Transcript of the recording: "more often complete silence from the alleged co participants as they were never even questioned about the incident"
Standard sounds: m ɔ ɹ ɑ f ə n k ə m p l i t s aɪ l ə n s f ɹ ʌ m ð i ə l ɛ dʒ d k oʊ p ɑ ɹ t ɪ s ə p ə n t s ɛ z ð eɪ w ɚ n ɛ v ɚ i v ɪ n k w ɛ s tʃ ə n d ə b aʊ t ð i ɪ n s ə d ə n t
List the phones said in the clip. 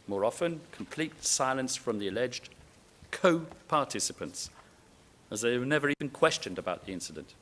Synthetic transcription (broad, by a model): m ɔ ɹ ɑ f ə n k ə m p l i t s aɪ l ə n s f ɹ ʌ m ð i ə l ɛ dʒ d k oʊ p ɑ ɹ t ɪ s ə p ə n t s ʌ z ð eɪ w ɚ n ɛ v ɚ i v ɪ n k w ɛ s tʃ ə n d ə b aʊ t ð i ɪ n s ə d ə n t